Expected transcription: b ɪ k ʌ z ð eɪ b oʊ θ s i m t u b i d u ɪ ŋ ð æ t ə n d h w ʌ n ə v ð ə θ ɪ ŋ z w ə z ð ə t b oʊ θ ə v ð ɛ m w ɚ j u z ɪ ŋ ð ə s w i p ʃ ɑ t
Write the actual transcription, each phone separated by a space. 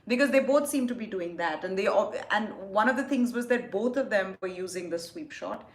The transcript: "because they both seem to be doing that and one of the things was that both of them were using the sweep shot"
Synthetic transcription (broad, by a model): b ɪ k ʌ z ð eɪ b oʊ t s i m t u b i d u ɪ ŋ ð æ t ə n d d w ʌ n ə v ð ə t ɪ ŋ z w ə z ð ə t b oʊ t ə v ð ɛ m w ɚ j u z ɪ ŋ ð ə s w i p ʃ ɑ t